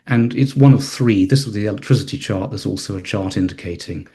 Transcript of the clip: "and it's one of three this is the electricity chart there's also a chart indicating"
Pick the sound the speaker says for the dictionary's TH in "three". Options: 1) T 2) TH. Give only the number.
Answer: 2